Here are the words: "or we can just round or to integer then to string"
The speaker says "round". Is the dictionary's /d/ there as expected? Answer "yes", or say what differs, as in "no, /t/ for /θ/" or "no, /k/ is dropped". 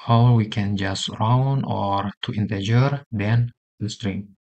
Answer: no, /d/ is dropped